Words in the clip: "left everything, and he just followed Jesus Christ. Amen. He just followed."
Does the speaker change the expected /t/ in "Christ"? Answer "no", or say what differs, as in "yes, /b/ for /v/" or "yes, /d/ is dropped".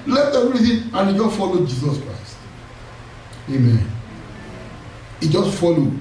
no